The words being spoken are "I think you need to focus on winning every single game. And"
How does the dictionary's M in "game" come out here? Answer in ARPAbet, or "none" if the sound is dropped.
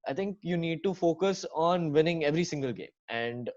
M